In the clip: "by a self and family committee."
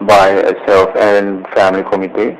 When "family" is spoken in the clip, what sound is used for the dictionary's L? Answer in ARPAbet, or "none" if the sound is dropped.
L